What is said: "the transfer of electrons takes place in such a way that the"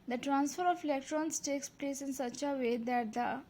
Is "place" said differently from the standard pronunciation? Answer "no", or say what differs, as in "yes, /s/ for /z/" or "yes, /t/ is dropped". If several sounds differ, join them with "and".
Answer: no